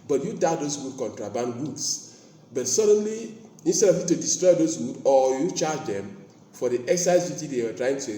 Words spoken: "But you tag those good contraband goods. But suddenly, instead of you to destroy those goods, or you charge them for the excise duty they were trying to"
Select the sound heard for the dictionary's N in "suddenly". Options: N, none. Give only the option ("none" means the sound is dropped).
N